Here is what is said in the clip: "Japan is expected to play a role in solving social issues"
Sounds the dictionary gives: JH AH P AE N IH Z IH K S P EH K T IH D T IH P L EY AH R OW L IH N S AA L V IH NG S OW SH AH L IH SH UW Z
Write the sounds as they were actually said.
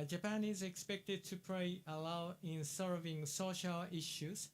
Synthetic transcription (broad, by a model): JH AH P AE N IH Z IH K S P EH K T IH D T IH P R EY AH L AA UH IH N S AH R V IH NG S OW SH AH L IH SH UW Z